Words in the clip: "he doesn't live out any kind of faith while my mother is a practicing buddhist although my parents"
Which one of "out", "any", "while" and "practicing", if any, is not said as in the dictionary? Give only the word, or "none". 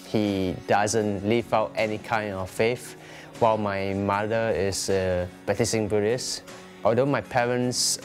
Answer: practicing